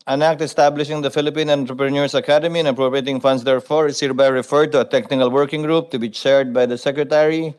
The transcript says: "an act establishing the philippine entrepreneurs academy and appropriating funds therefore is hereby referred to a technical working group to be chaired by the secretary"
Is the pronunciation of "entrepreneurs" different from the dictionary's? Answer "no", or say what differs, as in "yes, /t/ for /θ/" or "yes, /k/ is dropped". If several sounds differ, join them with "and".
yes, /s/ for /z/